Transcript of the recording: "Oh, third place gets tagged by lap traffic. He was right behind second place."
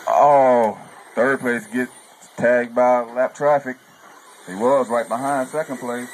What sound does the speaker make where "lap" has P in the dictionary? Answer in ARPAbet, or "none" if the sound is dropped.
P